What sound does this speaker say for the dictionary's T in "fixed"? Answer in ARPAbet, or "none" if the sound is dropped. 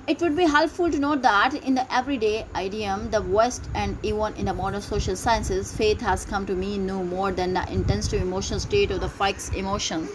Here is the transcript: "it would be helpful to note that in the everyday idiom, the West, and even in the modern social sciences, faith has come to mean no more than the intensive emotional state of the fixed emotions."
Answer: none